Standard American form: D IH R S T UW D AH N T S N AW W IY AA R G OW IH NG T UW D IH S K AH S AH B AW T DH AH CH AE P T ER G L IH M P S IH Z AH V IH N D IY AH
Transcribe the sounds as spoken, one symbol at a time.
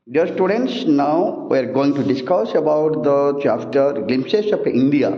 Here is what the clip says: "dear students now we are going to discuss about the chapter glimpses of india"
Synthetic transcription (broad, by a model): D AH R S T UW D AH N T S N AW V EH R G OW IH NG T UW D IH S K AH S AH B AW T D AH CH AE F T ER G L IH M S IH S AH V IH N D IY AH